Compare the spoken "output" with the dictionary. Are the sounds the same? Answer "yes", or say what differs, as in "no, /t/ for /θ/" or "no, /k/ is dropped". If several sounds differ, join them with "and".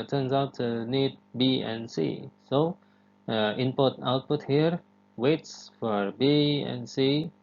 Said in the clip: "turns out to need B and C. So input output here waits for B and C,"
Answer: yes